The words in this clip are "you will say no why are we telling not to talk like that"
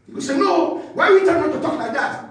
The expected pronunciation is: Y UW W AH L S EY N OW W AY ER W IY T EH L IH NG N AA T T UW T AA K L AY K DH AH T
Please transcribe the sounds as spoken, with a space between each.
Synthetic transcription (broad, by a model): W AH S EY N OW W AY W IY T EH IH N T T UW T AA K L AY K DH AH T